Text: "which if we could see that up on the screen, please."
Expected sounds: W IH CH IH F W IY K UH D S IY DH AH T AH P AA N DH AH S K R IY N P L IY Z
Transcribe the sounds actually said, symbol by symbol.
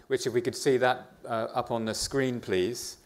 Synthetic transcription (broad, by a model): W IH CH IH F W IY K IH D S IY DH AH T AH P N DH AH S K R IY N P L IY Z